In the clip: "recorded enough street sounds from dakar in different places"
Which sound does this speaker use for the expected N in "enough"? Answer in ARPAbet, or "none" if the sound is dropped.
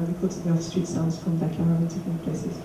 none